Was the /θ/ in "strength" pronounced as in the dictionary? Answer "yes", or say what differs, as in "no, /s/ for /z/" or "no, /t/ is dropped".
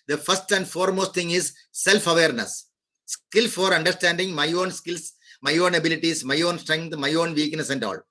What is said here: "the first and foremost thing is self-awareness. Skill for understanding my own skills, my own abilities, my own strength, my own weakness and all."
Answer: no, /t/ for /θ/